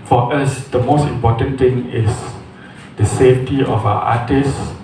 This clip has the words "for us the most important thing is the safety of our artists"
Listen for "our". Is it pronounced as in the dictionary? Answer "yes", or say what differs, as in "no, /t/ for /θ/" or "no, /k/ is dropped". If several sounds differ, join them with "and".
no, /w/ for /ɹ/